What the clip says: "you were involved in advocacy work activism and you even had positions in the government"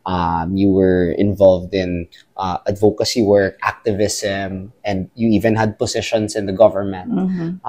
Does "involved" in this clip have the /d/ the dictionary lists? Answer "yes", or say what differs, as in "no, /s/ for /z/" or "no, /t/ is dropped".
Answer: yes